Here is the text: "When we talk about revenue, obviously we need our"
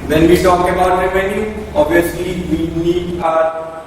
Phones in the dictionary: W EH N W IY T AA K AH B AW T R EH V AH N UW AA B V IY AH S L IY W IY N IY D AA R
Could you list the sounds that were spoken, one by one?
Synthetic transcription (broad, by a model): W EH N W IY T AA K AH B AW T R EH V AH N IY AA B IY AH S L IY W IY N IY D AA